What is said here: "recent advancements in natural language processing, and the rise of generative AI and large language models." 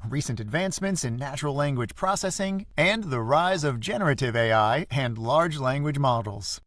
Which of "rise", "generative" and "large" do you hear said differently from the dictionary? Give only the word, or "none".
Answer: none